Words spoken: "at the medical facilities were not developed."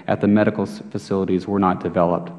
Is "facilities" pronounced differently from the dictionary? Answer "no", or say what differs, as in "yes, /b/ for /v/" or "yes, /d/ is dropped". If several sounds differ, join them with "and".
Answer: no